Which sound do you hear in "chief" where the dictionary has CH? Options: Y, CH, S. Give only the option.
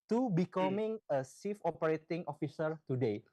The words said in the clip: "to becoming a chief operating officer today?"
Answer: S